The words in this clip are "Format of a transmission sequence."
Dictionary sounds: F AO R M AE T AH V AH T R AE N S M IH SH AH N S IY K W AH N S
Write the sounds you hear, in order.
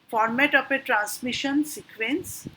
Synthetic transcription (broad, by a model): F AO R M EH T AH P AH T R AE N S M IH SH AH N S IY K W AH N S